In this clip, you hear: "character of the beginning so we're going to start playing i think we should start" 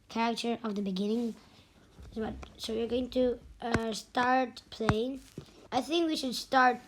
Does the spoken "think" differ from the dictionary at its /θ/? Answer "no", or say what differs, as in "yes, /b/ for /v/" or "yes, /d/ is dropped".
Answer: no